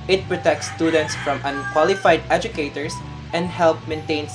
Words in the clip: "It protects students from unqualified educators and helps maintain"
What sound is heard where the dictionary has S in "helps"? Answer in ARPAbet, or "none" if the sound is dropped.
none